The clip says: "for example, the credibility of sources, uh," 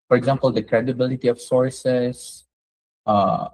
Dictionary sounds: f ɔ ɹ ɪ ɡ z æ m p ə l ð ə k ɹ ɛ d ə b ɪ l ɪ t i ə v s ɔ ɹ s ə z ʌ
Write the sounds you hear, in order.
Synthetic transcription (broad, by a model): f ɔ ɹ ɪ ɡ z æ m p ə l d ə k ɹ ɛ d ə b ɪ l ɪ t i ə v s ɔ ɹ s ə s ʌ